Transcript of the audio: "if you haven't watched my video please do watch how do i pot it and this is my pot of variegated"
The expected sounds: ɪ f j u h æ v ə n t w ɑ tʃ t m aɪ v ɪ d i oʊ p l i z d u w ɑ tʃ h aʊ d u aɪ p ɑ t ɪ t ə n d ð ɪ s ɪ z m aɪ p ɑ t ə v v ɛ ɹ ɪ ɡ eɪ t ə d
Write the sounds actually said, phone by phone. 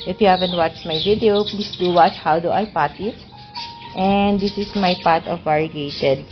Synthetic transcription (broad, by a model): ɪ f j u h æ v ə n t w ɑ tʃ t m aɪ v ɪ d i oʊ p l i s d u w ɑ tʃ h aʊ d u aɪ p ɑ t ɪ t ə n d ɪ s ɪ s m aɪ p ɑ t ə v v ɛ ɹ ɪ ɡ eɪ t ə d